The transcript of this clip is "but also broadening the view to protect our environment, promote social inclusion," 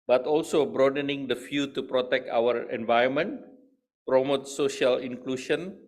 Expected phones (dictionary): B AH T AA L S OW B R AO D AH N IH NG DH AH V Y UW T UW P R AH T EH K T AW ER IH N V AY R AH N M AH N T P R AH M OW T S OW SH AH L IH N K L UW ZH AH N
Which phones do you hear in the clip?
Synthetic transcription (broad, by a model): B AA T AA L S OW B R AO D AH N IH NG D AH F Y UW T UW P R AH T EH K T AW ER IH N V AY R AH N M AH N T P R AH M OW T S OW SH AH L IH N K L UW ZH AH N